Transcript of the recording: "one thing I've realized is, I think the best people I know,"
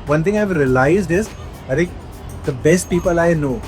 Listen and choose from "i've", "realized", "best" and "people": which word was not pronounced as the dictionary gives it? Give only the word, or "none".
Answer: none